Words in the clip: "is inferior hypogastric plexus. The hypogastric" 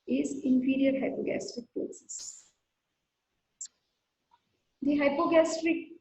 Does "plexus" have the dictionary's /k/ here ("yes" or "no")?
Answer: no